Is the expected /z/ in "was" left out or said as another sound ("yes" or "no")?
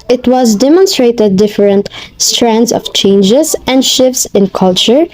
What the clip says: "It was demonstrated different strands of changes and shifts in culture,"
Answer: no